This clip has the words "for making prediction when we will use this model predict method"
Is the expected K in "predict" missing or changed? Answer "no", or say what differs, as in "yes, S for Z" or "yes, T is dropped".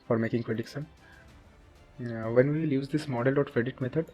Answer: yes, K is dropped